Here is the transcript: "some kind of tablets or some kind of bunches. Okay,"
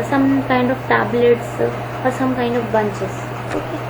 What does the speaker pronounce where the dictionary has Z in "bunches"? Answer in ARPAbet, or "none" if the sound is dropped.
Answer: S